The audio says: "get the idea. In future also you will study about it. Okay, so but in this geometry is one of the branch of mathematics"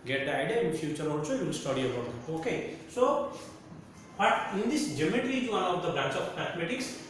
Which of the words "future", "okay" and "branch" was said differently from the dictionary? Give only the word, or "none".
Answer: none